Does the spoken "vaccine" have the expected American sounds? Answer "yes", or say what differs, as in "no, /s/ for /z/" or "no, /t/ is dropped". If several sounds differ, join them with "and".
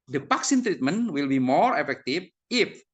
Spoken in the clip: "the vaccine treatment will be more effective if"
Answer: no, /p/ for /v/